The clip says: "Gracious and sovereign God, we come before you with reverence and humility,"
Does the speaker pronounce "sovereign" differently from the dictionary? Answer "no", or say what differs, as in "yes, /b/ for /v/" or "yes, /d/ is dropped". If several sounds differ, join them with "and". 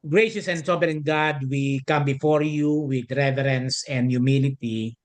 yes, /b/ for /v/